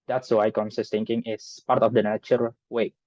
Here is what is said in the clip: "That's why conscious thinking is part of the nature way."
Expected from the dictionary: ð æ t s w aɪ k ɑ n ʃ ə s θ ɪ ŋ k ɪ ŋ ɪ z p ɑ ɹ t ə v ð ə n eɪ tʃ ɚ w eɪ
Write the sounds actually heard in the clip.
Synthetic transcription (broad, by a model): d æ t s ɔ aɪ k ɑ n s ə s t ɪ ŋ k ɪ ŋ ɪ s p ɑ ɹ t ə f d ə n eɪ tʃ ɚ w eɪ